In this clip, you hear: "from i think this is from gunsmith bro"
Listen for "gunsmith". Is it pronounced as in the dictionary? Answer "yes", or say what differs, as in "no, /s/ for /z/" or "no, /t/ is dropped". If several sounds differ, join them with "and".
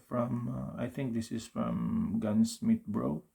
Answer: no, /t/ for /θ/